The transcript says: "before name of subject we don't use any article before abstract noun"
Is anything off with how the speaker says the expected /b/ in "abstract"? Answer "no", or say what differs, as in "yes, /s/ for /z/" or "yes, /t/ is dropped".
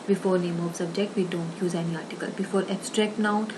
yes, /b/ is dropped